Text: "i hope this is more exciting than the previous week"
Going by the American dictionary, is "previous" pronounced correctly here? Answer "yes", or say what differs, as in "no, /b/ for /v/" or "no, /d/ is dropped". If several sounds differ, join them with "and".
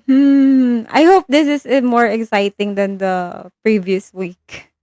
yes